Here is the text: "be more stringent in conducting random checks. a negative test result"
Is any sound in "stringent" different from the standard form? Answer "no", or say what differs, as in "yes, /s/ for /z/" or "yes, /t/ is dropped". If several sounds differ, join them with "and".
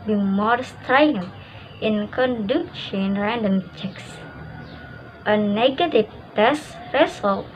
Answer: yes, /ɹ/ is dropped